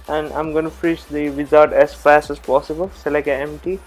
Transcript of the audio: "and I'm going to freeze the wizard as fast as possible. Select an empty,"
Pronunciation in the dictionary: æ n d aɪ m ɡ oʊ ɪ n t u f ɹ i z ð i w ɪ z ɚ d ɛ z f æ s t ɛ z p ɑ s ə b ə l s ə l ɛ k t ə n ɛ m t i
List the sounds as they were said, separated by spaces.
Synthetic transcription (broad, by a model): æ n d aɪ m ɡ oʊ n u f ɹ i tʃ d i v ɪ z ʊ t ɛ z f æ s t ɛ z p ɑ s ə b ə l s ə l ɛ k ə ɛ m t i